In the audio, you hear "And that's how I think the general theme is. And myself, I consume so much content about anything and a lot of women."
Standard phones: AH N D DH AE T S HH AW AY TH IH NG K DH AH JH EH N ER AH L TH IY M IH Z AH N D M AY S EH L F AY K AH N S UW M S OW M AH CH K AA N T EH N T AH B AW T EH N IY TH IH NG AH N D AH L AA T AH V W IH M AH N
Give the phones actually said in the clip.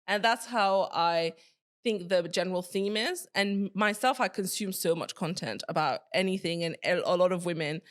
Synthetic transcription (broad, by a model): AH N DH AE T S HH AW AY TH IH NG K DH AH JH EH N ER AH L TH IY M IH Z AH N M AY S EH L F AY K AH N S UW M S OW M AH CH K AA N T EH N T AH B AW T EH N IY TH IH NG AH N AH L AA T AH V W IH M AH N